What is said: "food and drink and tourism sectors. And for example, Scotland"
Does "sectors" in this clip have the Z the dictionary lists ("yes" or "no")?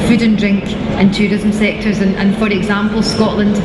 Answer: yes